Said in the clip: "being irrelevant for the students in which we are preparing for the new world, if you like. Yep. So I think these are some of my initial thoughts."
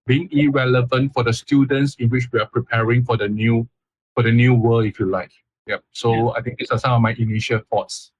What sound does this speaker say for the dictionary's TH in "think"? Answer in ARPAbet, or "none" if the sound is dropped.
T